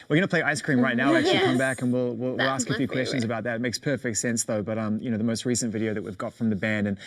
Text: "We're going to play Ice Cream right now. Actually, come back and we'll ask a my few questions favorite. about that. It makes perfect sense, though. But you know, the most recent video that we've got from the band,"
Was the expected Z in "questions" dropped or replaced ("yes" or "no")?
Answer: no